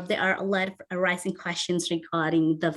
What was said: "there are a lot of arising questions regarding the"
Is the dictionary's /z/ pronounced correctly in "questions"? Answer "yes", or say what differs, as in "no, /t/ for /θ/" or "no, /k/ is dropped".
yes